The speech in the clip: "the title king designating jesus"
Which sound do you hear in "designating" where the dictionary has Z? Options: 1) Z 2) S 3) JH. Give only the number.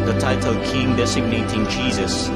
2